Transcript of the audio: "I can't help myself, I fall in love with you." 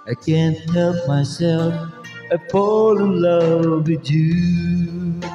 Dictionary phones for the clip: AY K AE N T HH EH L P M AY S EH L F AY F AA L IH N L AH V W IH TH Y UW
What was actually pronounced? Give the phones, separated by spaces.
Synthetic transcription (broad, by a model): AY K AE N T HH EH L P M AY S EH L F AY P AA L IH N L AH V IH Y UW